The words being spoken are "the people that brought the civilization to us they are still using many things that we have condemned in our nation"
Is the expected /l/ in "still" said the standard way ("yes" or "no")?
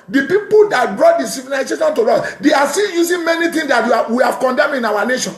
no